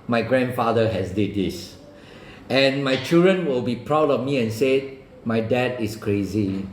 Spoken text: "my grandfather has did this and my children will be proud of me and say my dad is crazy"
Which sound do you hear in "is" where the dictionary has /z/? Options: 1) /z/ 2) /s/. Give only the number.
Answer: 2